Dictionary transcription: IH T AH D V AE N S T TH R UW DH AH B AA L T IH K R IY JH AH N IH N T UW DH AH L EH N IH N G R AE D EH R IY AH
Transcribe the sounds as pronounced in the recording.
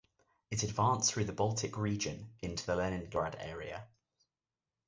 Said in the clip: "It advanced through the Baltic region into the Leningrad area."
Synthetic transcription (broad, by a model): IH T AH D V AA N S TH R UW DH AH B AA L T IH K R IY JH AH N IH N T UW DH AH L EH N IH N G R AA D EH R IY AH